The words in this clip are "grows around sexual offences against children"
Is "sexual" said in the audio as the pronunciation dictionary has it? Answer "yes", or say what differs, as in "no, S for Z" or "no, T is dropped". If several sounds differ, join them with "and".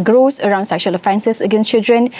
yes